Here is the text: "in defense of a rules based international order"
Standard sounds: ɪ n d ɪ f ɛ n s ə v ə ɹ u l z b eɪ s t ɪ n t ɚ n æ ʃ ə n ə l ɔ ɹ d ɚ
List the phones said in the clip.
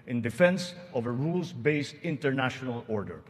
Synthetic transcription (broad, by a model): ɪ n d ɪ f ɛ n s ə v ə ɹ u l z b eɪ s t ɪ n t ɚ n æ ʃ ə n ə l ɔ ɹ d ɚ